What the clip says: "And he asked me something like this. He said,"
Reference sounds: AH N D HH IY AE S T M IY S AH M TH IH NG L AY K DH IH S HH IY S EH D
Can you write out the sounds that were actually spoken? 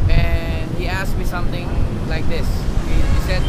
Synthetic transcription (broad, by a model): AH N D HH IY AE S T M IY S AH M T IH NG L AY K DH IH S HH IY S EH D